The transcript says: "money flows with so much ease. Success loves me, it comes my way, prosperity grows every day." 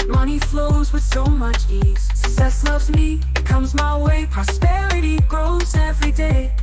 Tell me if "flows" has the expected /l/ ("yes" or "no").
yes